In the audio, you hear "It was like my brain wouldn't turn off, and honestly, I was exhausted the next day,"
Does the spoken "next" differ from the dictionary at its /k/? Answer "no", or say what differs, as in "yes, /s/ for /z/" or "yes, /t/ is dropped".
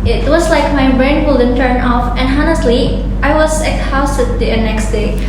no